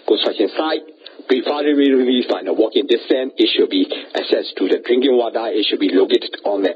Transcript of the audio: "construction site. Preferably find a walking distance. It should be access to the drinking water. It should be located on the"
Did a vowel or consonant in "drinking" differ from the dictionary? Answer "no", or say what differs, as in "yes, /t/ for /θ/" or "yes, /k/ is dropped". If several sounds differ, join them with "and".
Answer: no